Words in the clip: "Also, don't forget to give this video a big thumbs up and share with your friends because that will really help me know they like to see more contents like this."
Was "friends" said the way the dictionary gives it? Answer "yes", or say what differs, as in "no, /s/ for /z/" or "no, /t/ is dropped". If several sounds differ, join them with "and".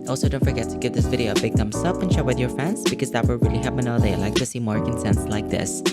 no, /ɹ/ is dropped